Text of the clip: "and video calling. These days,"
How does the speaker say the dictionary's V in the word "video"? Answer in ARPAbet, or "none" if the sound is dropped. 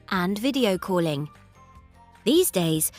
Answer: V